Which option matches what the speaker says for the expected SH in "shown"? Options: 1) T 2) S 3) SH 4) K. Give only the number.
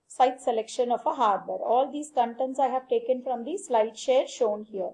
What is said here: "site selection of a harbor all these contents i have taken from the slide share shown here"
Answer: 3